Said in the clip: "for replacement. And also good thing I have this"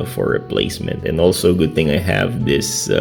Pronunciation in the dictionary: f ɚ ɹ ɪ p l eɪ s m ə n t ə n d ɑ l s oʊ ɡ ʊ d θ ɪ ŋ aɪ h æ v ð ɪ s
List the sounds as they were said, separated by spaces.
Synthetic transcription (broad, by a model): f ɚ ɹ ɪ p l eɪ s m ə n t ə n ɑ l s oʊ ɡ ʊ d θ ɪ ŋ aɪ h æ v ð ɪ s